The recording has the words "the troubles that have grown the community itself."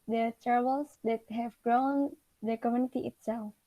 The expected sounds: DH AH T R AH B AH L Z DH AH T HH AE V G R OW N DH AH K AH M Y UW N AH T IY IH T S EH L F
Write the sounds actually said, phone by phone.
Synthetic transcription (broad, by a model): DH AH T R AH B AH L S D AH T HH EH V G R OW N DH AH K AH M Y UW N AH T IY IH T S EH L F